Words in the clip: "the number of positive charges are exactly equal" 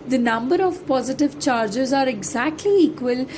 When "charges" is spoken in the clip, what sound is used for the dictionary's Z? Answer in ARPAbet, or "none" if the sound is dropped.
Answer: Z